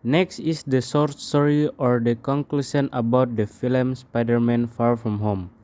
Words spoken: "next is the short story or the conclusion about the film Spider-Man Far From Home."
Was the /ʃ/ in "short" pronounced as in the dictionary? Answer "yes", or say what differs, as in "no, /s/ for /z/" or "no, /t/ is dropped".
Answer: no, /s/ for /ʃ/